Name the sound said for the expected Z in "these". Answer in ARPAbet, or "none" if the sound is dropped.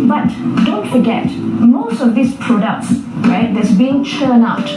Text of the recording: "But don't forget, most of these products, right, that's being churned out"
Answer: S